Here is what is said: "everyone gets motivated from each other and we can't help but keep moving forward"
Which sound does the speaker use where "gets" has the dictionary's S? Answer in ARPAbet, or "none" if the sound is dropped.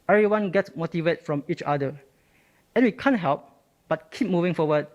S